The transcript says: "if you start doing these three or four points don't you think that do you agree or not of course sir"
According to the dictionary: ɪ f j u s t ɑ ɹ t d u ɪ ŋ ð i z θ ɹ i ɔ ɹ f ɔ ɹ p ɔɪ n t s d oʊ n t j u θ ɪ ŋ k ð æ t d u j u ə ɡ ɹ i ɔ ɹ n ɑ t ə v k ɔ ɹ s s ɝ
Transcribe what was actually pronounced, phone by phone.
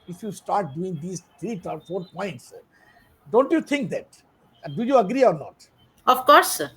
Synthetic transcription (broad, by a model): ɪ f j u s t ɑ ɹ t d u ɪ ŋ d i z t ɹ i ɔ ɹ f ɔ ɹ p ɔɪ n t s d oʊ n t j u t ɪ ŋ k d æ t d u j u ə ɡ ɹ i ɔ ɹ n ɑ t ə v k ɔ ɹ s s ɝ